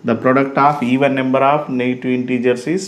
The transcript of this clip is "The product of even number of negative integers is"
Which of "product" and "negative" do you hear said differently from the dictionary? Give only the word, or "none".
negative